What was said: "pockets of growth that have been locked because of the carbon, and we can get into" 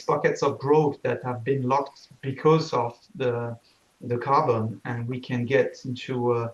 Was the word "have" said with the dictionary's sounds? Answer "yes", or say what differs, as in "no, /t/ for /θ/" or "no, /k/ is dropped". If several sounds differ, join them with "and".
yes